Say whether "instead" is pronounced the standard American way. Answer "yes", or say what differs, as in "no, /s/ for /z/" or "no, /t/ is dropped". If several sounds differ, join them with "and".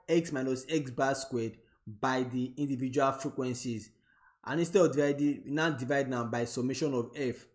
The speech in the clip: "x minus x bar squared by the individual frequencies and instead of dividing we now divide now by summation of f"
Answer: no, /n/ is dropped and /d/ is dropped